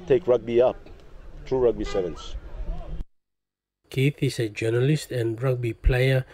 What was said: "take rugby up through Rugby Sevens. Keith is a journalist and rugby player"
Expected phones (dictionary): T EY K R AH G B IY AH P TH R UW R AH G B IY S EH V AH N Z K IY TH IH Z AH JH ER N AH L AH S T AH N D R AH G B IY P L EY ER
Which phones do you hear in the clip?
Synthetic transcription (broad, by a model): T EY K R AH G B IY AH P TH R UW R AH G B IY S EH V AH N S K IY TH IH S AH JH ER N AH L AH S T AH N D R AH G B IY P L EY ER